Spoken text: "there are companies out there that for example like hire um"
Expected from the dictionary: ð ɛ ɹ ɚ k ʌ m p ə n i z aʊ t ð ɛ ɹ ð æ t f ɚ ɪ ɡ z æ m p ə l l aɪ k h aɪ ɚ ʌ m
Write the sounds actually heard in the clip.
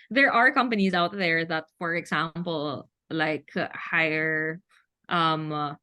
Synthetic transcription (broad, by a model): ð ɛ ɹ ɚ k ʌ m p ə n i z aʊ t ð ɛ ɹ ð æ t f ɚ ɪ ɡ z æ m p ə l l aɪ k h aɪ ɚ ʌ m